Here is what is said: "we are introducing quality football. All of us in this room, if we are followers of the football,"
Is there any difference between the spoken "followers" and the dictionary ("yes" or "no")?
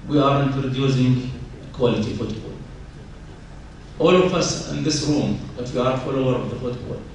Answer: yes